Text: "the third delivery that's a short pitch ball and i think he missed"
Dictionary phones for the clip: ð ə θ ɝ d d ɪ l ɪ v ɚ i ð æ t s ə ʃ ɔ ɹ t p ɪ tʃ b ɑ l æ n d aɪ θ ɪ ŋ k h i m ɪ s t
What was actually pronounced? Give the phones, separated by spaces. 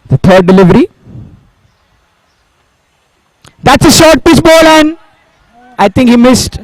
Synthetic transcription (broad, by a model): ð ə t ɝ d d ɪ l ɪ v ɚ i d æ t s ə ʃ ɔ ɹ t p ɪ s b ɑ l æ n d aɪ t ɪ ŋ k h i m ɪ s t